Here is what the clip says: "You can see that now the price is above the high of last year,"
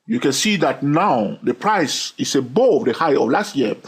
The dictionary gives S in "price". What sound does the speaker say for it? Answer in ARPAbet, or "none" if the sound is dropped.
S